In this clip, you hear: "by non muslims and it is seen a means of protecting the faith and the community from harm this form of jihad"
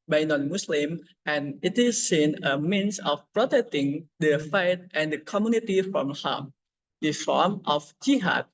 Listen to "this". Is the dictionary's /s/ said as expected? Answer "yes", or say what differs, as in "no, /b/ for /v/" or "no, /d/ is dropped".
no, /s/ is dropped